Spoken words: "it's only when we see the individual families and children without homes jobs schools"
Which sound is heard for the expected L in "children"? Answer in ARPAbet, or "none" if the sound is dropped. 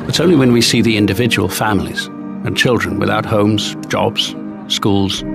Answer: L